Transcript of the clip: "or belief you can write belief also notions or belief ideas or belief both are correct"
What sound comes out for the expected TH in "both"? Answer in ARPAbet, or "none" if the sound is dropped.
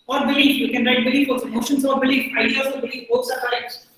S